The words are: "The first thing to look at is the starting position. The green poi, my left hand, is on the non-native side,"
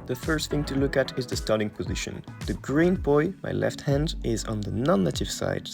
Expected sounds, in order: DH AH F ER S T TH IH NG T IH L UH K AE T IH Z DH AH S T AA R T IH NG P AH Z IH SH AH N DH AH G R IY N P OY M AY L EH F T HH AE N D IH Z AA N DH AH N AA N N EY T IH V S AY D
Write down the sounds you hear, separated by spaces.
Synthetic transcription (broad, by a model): DH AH F ER S T TH IH NG T IH L UH K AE T IH Z DH AH S T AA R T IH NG P AH Z IH SH AH N DH AH G R IY N B OY M AY L EH F T HH AE N D IH Z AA N DH AH N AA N N EY T IH V S AY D